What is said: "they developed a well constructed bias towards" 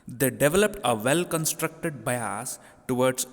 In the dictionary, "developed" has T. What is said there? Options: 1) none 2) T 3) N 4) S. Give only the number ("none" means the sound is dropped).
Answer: 2